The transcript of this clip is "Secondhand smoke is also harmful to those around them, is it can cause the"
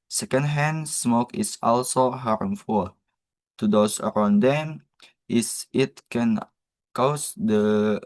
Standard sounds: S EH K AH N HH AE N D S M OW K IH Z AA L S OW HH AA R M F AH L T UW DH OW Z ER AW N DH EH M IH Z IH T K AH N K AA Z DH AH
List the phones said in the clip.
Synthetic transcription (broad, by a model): S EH K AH N HH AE N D S M OW K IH S AA L S OW HH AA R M F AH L T UW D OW S ER AW N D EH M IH S IH T K AH N K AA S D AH